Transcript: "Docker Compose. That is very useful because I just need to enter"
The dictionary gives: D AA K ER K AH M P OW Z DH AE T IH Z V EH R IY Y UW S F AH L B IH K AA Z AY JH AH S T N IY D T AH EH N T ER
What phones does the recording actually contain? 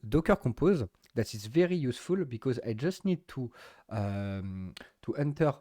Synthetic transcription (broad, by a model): D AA K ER K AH P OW Z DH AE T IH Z V EH R IY Y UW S F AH L B IH K AA Z AY JH AH S T N IY D T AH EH N T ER